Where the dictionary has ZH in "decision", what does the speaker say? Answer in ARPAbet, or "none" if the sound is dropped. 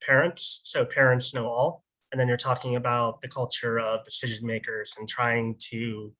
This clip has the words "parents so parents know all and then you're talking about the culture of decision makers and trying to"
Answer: ZH